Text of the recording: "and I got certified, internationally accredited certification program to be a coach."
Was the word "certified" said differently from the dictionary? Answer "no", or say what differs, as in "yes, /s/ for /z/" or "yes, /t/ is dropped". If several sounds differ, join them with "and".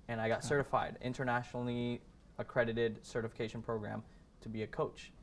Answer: no